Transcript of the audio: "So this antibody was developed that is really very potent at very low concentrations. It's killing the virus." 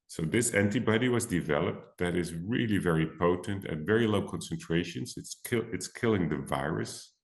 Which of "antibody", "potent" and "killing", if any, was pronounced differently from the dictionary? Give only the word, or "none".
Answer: none